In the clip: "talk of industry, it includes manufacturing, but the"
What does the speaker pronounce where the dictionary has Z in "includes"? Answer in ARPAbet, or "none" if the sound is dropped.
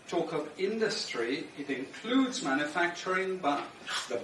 Z